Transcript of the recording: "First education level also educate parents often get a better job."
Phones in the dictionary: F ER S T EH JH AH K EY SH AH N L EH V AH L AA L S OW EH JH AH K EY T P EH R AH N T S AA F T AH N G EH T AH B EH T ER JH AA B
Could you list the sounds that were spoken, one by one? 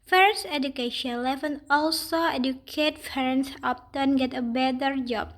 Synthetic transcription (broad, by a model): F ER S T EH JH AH K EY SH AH N L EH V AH N AA L S OW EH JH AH K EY T F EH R N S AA P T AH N G EH T AH B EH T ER JH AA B